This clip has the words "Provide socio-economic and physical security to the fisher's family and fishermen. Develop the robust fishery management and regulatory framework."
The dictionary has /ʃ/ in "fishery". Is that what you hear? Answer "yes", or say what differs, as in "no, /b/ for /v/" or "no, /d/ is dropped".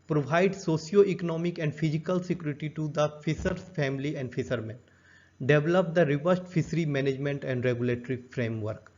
no, /s/ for /ʃ/